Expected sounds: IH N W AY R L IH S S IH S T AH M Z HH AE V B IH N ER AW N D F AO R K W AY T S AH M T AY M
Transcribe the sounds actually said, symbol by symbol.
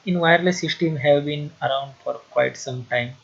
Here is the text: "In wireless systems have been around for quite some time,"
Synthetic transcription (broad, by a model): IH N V AY R L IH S S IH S T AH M HH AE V B IH N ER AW N D F AO R K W AY T S AH M T AY M